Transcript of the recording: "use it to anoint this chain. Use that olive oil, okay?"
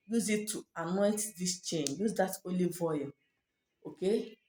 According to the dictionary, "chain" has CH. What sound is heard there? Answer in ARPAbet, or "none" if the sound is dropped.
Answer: CH